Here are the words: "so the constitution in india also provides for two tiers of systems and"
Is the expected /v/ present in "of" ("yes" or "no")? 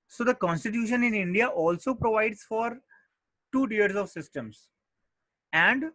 yes